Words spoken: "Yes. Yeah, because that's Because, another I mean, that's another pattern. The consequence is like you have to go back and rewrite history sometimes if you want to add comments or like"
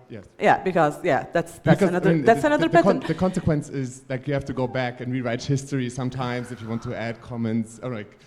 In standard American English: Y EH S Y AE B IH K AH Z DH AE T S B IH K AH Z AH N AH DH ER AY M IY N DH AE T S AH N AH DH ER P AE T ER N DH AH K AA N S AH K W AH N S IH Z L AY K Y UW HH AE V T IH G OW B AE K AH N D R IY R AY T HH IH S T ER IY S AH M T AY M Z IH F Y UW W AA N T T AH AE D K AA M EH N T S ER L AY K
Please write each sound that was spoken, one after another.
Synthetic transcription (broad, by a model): Y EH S Y AE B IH K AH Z DH AE T S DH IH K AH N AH AH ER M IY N DH AE T S AH N AH DH ER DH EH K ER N DH AH K AA N S AH K W AH N S IH Z L AY K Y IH HH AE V T IH G OW B AE K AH N R IY R AY T HH IH S T ER IY S AH M T AY M Z IH F Y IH W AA N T T AH AE D K AA M EH N T S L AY K